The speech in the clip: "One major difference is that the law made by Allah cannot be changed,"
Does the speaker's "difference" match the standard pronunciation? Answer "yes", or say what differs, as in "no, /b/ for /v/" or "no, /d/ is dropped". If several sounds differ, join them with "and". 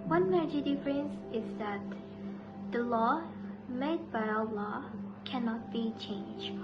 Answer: yes